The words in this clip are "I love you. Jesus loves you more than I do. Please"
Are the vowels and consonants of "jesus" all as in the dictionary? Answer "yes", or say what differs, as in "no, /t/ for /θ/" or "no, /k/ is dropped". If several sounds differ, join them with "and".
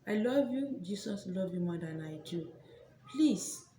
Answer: no, /s/ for /z/